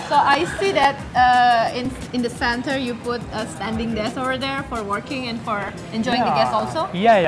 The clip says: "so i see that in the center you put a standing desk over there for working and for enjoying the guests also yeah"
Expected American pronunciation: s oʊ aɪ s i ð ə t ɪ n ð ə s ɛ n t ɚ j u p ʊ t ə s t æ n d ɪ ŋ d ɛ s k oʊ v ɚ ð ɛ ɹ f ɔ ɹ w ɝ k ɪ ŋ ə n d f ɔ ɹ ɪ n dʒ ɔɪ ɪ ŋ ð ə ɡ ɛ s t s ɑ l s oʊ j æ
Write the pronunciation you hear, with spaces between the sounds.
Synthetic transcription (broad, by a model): s oʊ aɪ s i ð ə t ɪ n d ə s ɛ n t ɚ j u p ʊ t ə s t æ n d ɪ ŋ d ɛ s oʊ v ɚ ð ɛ ɹ f ɔ ɹ w ɝ k ɪ ŋ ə n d f ɔ ɹ ɪ n dʒ ɔɪ ɪ ŋ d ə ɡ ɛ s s ɑ l s oʊ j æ